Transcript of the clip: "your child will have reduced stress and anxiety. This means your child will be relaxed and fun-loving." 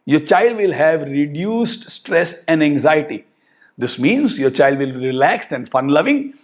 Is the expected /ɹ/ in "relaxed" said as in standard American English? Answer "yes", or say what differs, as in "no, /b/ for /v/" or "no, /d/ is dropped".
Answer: yes